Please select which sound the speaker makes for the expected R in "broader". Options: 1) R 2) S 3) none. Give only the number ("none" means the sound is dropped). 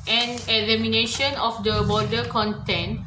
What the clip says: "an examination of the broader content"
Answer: 3